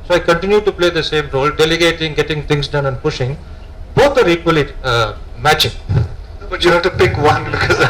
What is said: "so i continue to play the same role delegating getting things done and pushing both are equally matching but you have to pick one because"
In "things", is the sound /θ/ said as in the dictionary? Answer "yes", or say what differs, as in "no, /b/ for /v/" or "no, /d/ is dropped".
no, /t/ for /θ/